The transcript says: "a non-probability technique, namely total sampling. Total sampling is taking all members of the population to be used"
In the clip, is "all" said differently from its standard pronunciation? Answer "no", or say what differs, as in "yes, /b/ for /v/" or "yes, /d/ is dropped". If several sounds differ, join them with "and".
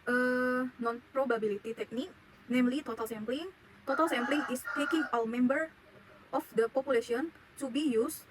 yes, /w/ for /l/